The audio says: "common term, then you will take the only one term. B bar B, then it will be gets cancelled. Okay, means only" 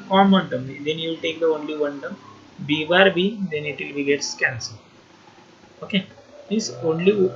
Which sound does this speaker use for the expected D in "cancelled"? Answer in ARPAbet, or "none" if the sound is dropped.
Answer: none